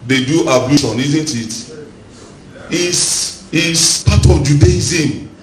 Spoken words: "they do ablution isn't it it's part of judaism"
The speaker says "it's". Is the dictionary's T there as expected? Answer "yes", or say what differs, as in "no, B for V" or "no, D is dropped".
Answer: no, S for T